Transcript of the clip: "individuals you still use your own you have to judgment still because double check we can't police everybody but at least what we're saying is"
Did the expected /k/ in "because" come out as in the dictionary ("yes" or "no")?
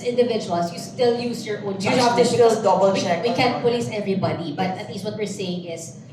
no